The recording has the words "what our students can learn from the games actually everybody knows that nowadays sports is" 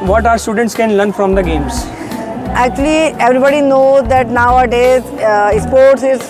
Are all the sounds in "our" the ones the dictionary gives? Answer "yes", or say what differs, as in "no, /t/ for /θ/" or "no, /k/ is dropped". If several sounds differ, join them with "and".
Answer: yes